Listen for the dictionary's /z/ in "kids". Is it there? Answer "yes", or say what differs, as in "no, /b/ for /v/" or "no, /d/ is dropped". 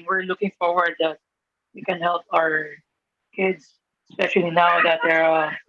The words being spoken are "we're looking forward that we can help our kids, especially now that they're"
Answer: no, /s/ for /z/